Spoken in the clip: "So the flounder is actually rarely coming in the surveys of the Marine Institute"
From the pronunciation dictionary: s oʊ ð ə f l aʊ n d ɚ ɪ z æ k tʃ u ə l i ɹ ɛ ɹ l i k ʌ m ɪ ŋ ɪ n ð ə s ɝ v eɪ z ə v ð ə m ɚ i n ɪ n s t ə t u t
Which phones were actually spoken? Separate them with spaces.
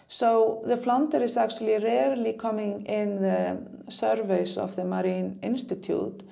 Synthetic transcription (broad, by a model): s oʊ ð ə f l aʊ n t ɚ ɪ s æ k tʃ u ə l i ɹ ɛ ɹ l i k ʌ m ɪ ŋ ɪ n ð ə s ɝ v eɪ s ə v ð ə m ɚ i n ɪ n s t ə t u t